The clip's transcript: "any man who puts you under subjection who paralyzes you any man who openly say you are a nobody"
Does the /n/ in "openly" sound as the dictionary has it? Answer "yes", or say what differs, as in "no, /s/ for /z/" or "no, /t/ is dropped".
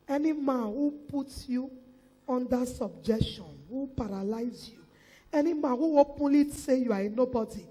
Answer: no, /n/ is dropped